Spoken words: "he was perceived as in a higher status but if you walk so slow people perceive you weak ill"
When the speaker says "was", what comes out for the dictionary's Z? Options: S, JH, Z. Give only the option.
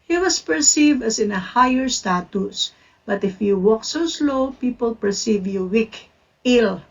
S